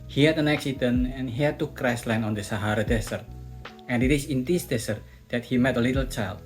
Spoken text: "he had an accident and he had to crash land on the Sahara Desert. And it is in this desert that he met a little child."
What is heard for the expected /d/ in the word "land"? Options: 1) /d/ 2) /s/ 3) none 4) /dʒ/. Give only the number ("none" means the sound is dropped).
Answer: 3